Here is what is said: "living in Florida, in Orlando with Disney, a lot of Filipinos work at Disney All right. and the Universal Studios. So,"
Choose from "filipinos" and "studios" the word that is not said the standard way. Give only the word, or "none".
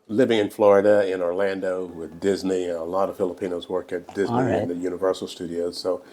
none